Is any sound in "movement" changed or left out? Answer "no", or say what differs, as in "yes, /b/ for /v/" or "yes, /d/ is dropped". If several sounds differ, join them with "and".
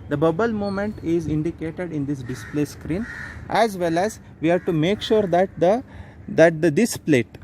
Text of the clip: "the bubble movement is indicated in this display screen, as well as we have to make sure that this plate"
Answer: yes, /v/ is dropped